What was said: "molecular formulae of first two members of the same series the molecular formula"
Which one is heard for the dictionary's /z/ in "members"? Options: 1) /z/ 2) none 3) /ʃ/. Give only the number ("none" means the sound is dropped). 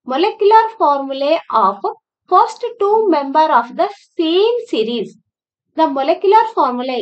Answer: 2